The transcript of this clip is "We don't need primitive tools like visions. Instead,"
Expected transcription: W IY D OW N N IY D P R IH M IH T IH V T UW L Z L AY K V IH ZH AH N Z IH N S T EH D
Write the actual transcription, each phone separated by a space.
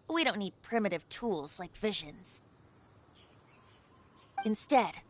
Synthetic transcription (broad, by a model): W IY D OW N N IY D P R IH M IH T IH V T UW L Z L AY K V IH ZH AH N Z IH N S T EH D